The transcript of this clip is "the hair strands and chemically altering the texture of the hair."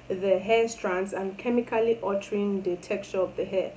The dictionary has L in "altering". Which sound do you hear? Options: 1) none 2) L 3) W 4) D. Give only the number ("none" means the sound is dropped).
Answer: 1